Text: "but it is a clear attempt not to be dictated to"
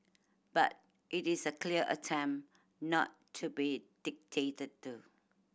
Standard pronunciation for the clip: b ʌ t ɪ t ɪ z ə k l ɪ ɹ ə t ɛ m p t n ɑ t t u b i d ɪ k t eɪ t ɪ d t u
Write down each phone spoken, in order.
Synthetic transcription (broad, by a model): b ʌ t ɪ t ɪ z ə k l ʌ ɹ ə t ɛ m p n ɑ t t u b i d ɪ k t eɪ t ɪ d t u